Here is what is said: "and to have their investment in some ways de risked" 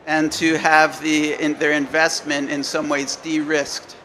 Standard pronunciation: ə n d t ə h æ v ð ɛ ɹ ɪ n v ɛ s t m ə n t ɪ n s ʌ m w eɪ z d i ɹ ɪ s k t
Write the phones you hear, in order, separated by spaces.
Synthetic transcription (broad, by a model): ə n t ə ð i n ð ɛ ɹ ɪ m v ɛ s t m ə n t ɪ n s ʌ m w eɪ z d i ɹ ɪ s k t